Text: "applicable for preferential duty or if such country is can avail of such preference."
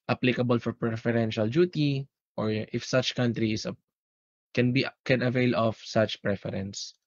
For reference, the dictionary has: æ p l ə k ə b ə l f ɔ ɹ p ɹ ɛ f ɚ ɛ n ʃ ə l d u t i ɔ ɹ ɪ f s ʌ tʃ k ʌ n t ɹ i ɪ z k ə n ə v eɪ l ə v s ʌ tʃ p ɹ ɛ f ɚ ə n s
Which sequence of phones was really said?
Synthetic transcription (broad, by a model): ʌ p l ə k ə b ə l f ɔ ɹ p ɹ ɛ f ɚ ɛ n ʃ ə l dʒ u t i ɔ ɹ ɪ f s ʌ tʃ k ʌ n t ɹ i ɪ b k ə n ə v eɪ l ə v s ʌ tʃ p ɹ ɛ f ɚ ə n s